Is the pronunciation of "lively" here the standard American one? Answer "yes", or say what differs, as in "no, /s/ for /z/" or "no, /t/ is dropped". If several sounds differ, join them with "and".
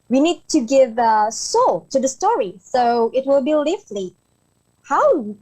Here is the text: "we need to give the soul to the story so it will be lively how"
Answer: no, /f/ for /v/